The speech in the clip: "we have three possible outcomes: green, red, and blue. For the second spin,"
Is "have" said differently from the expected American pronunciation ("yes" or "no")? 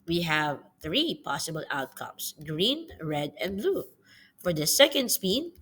no